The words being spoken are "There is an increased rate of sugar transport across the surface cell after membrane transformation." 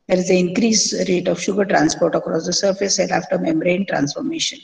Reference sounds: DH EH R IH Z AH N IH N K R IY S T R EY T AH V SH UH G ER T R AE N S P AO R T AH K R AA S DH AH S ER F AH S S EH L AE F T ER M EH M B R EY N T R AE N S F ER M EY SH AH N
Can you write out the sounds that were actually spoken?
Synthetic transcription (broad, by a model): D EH R IH Z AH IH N K R IY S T R EY T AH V SH UH G ER T R AE N S P AO R T AH K R AA S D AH S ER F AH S S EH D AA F T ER M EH M R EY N T R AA N S F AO M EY SH AH N